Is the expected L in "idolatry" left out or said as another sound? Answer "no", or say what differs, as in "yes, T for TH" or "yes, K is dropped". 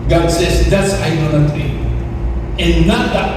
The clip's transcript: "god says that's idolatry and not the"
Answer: yes, N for L